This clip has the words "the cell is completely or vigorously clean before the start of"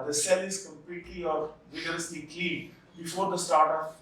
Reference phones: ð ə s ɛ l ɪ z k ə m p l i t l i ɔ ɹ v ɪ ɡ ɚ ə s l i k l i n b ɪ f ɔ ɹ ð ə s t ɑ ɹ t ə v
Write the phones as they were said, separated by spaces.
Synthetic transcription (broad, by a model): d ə s ɛ l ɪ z k ə m p l i t l i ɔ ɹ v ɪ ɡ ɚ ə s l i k i b ɪ f ɔ ɹ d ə s t ɑ ɹ t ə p